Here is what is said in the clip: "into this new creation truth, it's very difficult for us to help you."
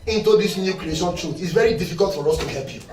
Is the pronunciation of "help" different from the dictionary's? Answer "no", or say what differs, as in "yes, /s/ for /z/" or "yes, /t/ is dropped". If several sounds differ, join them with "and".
no